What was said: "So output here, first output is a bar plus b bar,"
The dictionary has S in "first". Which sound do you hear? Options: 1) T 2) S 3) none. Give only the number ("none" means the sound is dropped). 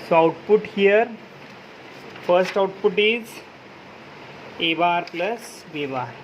2